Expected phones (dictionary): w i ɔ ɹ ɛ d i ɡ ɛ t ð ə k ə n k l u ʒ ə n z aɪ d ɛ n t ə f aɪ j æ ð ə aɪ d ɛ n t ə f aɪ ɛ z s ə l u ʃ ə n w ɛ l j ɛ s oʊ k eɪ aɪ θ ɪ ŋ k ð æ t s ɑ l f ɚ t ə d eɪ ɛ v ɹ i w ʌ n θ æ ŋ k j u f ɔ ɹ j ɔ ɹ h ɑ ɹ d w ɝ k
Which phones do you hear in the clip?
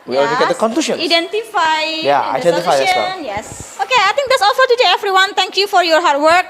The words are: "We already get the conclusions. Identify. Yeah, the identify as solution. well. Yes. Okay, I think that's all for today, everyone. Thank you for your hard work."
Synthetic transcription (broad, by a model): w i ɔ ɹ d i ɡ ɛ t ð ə k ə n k l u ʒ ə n aɪ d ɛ n t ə f aɪ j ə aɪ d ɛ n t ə f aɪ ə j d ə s w ɛ l j ɛ s oʊ k eɪ aɪ t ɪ ŋ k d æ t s ɑ l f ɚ t ə d eɪ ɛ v ɹ i w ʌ n t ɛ ŋ k j u f ɔ ɹ j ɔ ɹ h ɑ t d w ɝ k